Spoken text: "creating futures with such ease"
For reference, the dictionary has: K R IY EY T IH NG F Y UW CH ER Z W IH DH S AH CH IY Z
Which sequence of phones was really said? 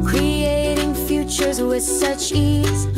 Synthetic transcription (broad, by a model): K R IY EY T IH NG F Y UW CH ER Z W IH DH S AH CH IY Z